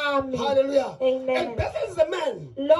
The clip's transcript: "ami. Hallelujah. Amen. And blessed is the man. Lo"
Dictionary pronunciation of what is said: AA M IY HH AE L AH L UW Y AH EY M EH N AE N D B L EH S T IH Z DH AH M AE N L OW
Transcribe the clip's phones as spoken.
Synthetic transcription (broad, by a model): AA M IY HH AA L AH L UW Y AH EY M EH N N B EH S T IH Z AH M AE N L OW